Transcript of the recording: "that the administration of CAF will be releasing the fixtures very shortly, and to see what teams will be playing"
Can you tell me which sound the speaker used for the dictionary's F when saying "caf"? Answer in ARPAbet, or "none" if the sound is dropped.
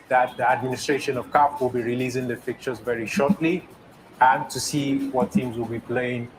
P